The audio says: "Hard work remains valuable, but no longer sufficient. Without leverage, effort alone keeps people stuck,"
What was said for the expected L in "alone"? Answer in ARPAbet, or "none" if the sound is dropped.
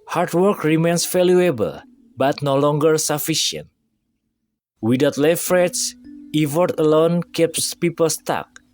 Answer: L